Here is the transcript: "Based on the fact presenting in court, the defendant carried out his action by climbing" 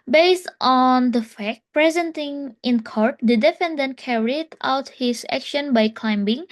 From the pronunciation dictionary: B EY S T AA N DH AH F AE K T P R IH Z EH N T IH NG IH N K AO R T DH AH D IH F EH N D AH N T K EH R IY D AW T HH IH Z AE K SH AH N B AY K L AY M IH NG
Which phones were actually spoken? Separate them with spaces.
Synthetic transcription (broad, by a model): B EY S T AA N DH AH F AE K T P R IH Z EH N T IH NG IH N K AO R T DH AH D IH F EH N D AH N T K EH R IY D AW T HH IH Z AE K SH AH N B AY K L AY M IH NG